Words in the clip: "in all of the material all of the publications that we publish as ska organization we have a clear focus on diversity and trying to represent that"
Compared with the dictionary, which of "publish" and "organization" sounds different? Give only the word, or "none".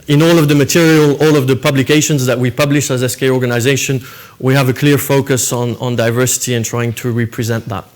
none